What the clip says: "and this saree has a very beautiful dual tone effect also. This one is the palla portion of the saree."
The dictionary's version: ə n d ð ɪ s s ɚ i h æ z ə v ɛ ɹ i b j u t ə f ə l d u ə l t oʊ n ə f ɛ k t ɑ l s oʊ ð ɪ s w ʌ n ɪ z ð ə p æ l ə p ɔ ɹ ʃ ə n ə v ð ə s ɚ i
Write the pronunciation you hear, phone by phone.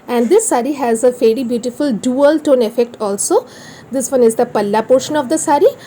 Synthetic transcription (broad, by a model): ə n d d ɪ s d i h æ z ə f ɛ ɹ i b j u t ə f ə l d u ə l t oʊ n ə f ɛ k t ɑ l s oʊ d ɪ s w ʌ n ɪ z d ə p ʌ l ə p ɔ ɹ ʃ ə n ə v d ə s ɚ i